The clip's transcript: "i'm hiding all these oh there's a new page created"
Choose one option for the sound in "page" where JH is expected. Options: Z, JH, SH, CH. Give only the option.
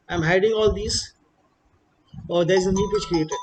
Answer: CH